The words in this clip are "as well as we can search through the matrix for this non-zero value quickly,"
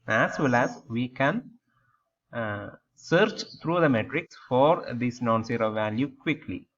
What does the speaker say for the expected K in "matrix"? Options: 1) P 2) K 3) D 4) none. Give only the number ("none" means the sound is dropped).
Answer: 2